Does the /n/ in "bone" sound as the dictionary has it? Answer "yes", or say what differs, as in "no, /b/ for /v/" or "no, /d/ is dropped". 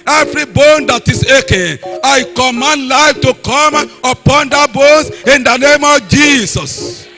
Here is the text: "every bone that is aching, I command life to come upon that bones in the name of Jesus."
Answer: yes